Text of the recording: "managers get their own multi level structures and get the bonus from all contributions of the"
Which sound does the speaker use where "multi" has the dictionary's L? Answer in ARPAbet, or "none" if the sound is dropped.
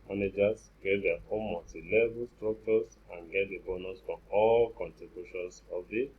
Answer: none